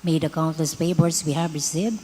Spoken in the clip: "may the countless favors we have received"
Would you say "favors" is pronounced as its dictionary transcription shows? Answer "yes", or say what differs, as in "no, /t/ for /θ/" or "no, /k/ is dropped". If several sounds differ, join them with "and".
no, /b/ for /v/ and /s/ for /z/